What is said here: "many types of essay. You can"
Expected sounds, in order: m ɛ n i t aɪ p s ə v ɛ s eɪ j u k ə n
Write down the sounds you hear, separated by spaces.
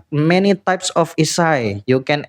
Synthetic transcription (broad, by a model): m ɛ n i t aɪ p s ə f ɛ s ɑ j u k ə n